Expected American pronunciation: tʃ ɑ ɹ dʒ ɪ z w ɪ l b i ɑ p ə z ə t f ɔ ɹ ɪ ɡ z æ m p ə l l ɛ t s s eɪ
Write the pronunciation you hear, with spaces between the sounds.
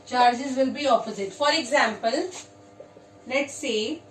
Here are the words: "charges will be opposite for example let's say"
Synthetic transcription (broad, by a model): tʃ ɑ ɹ dʒ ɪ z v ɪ l b i ɑ p ə z ə t f ɔ ɹ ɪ ɡ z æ m p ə l n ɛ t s s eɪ